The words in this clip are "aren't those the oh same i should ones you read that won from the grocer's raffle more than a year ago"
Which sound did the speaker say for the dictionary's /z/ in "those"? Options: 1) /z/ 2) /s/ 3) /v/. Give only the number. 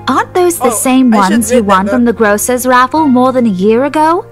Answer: 1